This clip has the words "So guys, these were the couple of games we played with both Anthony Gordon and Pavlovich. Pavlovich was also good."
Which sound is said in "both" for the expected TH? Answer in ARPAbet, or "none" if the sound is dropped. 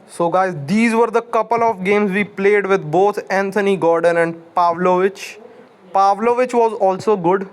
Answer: T